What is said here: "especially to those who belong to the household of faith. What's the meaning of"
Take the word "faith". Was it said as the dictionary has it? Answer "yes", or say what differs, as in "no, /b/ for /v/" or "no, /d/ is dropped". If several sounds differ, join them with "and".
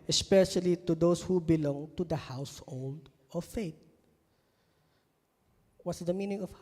no, /t/ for /θ/